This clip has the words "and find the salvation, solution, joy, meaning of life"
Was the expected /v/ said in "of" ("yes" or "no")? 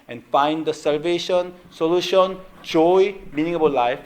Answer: no